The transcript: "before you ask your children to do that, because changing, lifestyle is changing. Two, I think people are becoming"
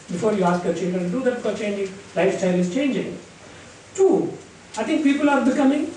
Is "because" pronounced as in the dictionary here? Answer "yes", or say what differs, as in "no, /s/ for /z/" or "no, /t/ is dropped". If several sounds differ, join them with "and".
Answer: no, /z/ is dropped